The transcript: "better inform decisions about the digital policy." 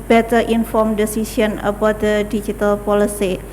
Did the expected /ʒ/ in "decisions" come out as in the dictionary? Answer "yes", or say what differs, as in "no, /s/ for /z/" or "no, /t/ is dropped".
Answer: no, /s/ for /ʒ/